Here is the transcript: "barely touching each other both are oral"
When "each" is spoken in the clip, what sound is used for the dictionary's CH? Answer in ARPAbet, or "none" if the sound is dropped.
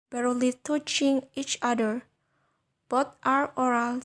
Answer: CH